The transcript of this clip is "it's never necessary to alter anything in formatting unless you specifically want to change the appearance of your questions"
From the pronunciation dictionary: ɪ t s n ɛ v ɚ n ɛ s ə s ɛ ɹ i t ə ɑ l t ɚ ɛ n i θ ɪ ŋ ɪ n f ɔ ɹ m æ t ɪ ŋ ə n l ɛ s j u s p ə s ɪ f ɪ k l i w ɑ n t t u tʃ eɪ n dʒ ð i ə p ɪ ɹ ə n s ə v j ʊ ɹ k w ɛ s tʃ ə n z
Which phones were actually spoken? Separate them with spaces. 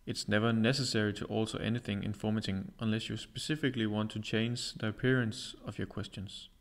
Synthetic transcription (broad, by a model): ɪ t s n ɛ v ɚ n ɛ s ə s ɛ ɹ i t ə ɑ l t ɚ ɛ n i θ ɪ ŋ ɪ n f ɔ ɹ m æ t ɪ ŋ ə n l ɛ s j u s p ə s ɪ f ɪ k l i w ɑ n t t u tʃ eɪ n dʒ ð i ə p ɪ ɹ ə n s ə v j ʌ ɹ k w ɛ s tʃ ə n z